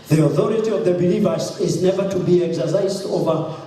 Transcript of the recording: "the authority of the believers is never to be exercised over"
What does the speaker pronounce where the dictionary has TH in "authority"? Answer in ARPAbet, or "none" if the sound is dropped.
TH